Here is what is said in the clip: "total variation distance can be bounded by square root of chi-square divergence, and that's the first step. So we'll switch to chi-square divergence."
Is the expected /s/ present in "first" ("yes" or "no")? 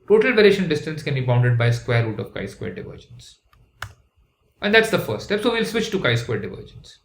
no